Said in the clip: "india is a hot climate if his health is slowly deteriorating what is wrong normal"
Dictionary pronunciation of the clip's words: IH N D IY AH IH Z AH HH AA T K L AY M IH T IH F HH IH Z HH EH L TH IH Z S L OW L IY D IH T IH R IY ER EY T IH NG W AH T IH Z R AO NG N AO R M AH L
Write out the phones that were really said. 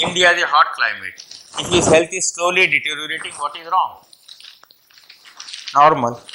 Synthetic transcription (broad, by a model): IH N D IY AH IH Z AH HH AA T K L AY M IH T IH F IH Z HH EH L T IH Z S L OW L IY D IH T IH R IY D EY T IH NG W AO T IH Z R AO NG N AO R M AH L